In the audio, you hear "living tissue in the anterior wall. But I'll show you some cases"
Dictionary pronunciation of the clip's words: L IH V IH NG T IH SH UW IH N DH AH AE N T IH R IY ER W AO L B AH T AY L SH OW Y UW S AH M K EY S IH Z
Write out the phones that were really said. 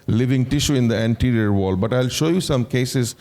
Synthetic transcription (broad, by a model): L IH V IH NG T IH SH UW IH N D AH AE N T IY R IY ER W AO L B AH T AY L SH OW Y UW S AH M K EY S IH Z